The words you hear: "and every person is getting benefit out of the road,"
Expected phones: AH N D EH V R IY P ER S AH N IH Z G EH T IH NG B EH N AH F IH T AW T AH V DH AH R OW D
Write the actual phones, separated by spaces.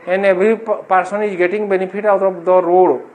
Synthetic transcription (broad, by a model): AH N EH B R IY P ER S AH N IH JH G EH T IH NG B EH N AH P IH T AW T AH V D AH R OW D